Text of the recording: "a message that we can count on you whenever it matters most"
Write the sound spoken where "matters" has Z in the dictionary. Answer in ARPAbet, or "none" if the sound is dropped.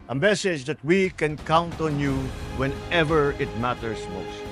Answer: S